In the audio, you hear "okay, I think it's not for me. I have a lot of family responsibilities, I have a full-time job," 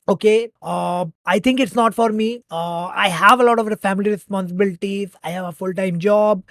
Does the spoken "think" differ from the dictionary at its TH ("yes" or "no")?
yes